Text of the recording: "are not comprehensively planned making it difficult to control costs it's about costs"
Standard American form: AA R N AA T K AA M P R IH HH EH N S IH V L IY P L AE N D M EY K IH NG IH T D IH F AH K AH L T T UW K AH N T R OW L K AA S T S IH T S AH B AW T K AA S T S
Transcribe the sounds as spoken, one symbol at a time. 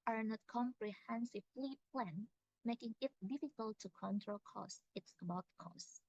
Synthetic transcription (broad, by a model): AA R N AA T K AA M P R IH HH EH N S IH V L IY P L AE N M EY K IH NG IH T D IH F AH K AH L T T UW K AH N T R OW L K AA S S IH T S AH B AW T K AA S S